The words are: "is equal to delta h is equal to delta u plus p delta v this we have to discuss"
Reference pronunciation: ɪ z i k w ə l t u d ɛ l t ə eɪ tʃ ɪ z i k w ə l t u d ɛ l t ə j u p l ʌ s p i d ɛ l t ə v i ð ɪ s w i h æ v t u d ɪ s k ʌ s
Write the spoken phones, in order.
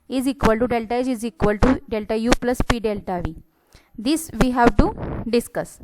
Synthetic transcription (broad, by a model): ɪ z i k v ə l t u d ɛ l t ə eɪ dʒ ɪ z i k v ə l t u d ɛ l t ə j u p l ʌ s p i d ɛ l t ə v i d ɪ s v i h æ v t u d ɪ s k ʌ s